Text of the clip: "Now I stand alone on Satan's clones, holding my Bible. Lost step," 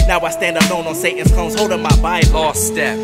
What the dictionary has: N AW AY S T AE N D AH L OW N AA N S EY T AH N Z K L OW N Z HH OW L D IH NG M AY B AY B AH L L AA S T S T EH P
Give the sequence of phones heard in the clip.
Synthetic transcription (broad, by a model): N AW AY S T AE N D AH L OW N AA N S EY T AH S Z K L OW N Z HH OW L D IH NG M AY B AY AH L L AA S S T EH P